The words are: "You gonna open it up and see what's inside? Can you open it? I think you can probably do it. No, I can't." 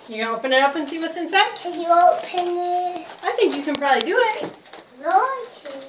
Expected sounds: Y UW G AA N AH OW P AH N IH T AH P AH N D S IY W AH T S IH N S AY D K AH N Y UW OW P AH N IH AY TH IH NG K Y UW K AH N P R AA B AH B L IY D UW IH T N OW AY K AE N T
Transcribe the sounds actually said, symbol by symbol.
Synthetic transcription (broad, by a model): Y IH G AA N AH OW P AH N IH T AH P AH N S IY W AH T S IH N S AY D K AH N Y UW OW P AH N IH AY TH IH NG K Y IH K AH N P R AA B AH B L IY D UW IH T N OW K